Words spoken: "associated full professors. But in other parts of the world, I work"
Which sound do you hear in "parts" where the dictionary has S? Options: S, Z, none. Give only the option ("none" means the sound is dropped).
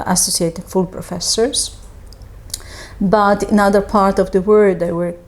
none